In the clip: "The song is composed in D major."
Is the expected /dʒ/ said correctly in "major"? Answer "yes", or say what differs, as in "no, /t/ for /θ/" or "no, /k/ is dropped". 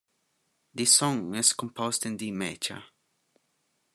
no, /tʃ/ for /dʒ/